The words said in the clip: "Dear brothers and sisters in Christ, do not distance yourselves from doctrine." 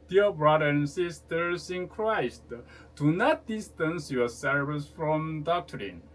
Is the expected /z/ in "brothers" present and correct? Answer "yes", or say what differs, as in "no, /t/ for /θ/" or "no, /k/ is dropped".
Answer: no, /z/ is dropped